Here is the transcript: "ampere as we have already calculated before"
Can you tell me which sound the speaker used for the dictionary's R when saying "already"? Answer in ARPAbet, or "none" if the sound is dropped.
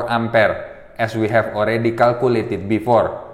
R